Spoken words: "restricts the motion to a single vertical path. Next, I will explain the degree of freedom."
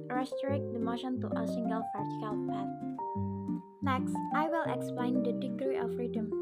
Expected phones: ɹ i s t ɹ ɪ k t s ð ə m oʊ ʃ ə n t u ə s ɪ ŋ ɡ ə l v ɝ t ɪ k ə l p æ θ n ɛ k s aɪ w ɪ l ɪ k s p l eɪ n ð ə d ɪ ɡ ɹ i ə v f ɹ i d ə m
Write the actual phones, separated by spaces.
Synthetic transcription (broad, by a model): ɹ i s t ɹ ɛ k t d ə m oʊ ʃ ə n t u ə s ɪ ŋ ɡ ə l p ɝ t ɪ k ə l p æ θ n ɛ k s aɪ w ɪ l ɪ k s p l eɪ n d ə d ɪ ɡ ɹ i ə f ɹ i d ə m